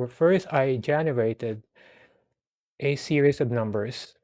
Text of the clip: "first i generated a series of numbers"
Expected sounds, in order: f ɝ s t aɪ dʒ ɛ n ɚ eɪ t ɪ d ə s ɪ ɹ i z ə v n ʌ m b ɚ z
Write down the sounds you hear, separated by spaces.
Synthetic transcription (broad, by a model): f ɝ s t aɪ dʒ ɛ n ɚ eɪ t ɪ d ə s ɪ ɹ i s ə v n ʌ m b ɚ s